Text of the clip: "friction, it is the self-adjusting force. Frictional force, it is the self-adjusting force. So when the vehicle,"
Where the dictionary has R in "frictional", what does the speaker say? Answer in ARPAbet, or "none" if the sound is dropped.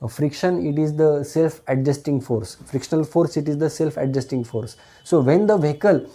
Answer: R